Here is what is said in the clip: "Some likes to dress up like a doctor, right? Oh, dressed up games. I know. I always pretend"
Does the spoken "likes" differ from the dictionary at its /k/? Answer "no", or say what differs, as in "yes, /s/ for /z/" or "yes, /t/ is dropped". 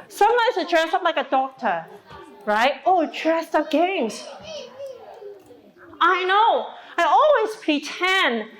yes, /k/ is dropped